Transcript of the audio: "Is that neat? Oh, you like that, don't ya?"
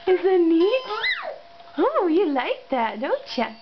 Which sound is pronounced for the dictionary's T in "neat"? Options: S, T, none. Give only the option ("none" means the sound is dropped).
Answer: none